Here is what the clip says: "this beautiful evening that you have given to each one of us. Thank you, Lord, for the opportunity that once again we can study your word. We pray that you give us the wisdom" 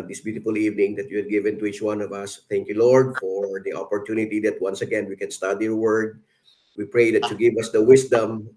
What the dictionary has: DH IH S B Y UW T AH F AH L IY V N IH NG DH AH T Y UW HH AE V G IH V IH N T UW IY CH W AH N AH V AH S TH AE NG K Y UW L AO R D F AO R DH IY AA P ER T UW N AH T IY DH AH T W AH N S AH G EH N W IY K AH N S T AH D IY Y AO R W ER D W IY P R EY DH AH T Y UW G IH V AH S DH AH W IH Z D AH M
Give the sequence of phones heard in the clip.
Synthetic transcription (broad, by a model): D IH S B Y UW T AH F AH L IY V N IH NG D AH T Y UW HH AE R G IH V IH N T UW IY CH W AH N AH V AH S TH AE NG K Y UW L AO R D F AO R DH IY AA P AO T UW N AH T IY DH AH T W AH N S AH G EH N W IY K AH N S T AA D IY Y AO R W ER D W IY P R EY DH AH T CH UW G IH V AH S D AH W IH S D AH M